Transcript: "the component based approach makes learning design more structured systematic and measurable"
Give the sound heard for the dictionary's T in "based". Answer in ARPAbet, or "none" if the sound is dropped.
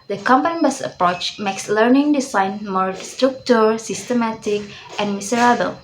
none